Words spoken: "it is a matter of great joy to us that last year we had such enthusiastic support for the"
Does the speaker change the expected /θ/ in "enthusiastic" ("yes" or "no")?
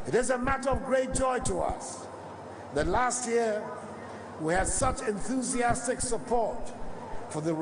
no